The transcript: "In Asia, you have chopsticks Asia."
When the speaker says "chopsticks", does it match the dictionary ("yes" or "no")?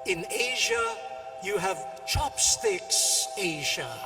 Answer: yes